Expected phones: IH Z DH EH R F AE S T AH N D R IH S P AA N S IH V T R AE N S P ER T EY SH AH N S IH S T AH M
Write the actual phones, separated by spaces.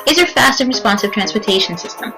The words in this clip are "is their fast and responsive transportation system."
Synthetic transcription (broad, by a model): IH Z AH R F AE S T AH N R IH S P AA N S IH V T R AE N S P ER T EY SH AH N S IH S T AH M